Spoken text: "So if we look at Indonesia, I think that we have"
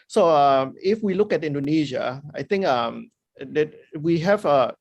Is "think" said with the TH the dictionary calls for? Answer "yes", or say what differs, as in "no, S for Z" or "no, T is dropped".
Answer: no, T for TH